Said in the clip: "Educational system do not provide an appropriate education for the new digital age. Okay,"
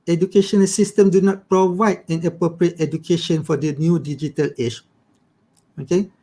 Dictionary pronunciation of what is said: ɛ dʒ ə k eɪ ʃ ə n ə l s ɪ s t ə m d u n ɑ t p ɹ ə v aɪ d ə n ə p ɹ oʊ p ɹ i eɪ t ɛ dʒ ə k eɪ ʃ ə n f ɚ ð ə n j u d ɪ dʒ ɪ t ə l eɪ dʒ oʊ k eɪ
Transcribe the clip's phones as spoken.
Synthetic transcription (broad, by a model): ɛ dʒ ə k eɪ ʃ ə n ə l s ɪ s t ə m d u n ɑ t p ɹ ə v aɪ d ə n ə p ɹ oʊ p ɹ i eɪ t ɛ dʒ ə k eɪ ʃ ə n f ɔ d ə n j u d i dʒ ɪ t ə l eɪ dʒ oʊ k eɪ